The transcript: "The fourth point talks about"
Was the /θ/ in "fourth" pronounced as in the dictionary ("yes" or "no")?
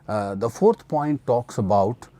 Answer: no